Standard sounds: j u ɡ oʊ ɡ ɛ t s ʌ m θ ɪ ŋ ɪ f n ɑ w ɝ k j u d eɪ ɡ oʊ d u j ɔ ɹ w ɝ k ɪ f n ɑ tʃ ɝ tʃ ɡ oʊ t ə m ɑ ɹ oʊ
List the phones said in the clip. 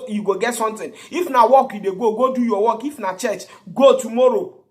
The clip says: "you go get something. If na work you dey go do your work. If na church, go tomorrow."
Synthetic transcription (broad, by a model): j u ɡ oʊ ɡ ɛ t s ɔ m t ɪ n ɪ f n ɑ w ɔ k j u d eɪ ɡ oʊ d u j ɔ w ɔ k ɪ f n ɑ tʃ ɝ tʃ ɡ oʊ t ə m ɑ ɹ oʊ